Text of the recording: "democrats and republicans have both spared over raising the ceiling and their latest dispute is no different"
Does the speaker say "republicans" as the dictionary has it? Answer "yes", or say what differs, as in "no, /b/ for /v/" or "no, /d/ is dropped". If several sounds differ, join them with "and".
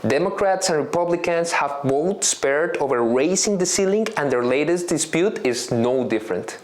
no, /s/ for /z/